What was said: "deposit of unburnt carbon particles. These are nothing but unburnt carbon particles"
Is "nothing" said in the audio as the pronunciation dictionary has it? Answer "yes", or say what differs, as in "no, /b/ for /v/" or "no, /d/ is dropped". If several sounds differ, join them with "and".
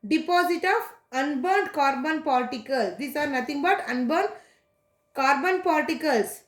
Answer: no, /t/ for /θ/